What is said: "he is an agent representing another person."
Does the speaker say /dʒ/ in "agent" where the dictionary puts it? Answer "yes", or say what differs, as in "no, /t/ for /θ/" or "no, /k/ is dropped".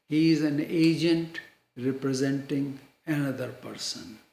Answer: yes